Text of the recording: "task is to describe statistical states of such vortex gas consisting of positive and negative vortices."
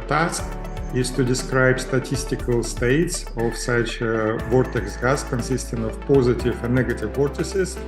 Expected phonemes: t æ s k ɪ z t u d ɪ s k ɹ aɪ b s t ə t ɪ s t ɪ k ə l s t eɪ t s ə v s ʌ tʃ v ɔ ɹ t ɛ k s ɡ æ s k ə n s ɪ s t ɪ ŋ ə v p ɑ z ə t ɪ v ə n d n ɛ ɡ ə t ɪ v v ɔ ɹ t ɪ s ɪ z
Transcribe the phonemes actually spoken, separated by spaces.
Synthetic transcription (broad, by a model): t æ s k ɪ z t u d ɪ s k ɹ aɪ b s t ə t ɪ s t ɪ k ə l s t eɪ t s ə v s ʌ tʃ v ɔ ɹ t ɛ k s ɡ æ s k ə n s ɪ s t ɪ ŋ ə v p ɑ z ə t ɪ v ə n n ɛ ɡ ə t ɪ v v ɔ ɹ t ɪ s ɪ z